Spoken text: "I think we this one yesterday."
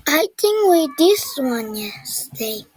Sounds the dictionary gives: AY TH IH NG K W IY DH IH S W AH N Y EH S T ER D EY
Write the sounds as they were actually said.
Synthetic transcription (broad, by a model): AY T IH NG W IY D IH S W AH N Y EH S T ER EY